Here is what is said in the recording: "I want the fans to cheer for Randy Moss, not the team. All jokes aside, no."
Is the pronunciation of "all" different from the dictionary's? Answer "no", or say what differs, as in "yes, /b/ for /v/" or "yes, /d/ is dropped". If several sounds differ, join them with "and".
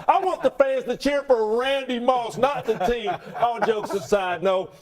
yes, /n/ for /l/